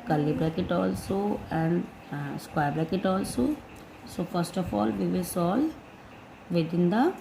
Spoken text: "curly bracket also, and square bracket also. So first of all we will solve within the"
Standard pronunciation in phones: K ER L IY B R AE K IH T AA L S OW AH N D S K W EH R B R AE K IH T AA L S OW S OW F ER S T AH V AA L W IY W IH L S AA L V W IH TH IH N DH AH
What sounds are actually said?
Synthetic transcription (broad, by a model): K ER L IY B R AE K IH T AA L S OW AH N D S K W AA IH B L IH K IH T AA L S OW S OW F ER S T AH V AA L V IY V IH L S AA L V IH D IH N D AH